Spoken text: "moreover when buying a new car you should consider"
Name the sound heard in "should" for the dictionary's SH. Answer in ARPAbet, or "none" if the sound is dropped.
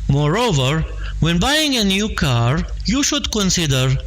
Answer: SH